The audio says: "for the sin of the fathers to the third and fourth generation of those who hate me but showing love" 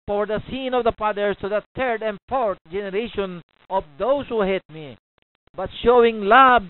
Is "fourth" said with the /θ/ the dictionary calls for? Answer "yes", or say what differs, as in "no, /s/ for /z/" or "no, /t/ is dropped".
no, /t/ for /θ/